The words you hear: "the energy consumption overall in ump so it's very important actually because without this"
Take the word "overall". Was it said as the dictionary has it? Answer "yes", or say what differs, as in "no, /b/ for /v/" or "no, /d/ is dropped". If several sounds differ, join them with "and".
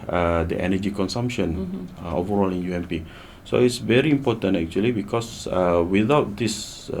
yes